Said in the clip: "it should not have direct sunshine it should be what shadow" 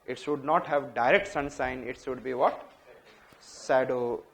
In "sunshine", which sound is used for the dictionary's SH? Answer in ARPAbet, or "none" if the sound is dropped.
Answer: S